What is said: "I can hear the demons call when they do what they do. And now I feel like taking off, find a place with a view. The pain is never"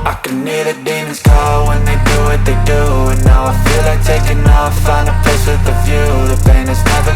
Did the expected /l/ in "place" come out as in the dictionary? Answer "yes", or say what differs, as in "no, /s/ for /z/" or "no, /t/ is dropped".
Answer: no, /l/ is dropped